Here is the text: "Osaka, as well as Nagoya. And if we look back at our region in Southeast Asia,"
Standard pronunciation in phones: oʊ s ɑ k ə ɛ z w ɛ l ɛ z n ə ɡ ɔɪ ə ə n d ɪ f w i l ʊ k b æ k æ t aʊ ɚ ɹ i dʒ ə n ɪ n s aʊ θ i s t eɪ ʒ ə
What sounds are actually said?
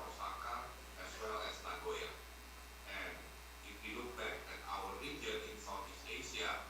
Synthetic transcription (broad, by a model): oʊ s ɑ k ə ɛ s w ɛ l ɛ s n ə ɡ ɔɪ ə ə n ɪ f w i l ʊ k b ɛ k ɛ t aʊ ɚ ɹ i dʒ ə n ɪ n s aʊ f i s eɪ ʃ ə